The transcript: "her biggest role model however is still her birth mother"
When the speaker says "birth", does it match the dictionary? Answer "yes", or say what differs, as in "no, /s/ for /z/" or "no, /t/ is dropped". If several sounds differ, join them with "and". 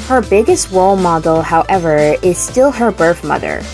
yes